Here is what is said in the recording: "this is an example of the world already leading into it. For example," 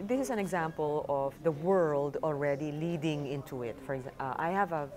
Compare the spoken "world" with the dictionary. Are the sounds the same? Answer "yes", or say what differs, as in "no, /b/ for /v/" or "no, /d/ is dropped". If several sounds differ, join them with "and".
yes